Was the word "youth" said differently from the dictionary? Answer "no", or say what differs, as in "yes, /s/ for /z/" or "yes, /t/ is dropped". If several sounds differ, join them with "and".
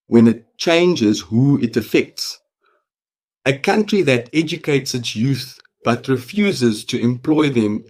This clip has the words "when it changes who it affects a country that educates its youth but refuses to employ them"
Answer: no